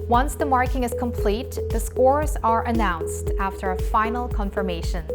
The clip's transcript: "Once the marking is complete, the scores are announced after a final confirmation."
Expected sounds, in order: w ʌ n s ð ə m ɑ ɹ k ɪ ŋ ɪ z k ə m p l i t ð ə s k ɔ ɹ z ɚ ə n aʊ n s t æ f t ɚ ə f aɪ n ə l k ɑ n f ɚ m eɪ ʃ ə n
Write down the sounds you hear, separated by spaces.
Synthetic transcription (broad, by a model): w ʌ n s ð ə m ɑ ɹ k ɪ ŋ ɪ z k ə m p l i t ð ə s k ɔ ɹ z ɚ ə n aʊ n s t æ f t ɚ ə f aɪ n l k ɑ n f ɚ m eɪ ʃ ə n